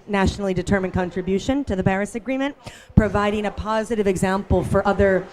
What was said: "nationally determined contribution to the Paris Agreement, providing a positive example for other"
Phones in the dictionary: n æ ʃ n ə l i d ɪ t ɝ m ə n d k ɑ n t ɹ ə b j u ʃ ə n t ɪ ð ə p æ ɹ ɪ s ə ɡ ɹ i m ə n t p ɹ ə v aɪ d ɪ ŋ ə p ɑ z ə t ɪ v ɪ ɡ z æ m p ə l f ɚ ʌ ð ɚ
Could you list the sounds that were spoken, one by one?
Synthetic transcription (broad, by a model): n æ ʃ n l i d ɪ t ɝ m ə n k ɑ n t ɹ ə b j u ʃ ə n t ɪ ð ə b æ ɹ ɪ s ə ɡ ɹ i m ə n p ɹ ə v aɪ d ɪ ŋ ə p ɑ z ə t ɪ v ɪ ɡ z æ m p l f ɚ ʌ ð ɚ